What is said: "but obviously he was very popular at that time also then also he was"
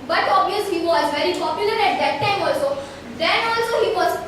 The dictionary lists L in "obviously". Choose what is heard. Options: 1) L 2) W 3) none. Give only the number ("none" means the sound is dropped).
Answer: 3